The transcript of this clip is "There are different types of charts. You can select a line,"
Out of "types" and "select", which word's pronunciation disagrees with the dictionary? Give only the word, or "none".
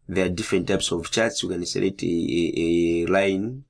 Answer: select